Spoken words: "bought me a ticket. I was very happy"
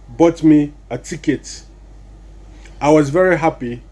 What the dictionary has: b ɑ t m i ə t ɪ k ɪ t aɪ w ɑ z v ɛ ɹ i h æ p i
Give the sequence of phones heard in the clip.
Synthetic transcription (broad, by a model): b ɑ t m i ə t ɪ k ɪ t aɪ w ɑ z v ɛ ɹ i h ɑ p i